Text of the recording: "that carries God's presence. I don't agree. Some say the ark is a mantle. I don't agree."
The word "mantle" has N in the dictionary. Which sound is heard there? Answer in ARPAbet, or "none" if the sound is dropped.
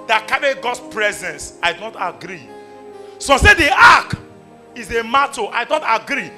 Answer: none